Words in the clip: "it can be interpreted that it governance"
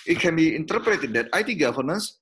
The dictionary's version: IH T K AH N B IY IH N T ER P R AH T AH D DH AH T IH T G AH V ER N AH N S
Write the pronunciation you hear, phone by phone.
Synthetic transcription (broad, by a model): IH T K AH N B IY IH N T ER P R AH T AH D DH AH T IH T G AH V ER N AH N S